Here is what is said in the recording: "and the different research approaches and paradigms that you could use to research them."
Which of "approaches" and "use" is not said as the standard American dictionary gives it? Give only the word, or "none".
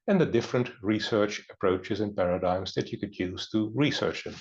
none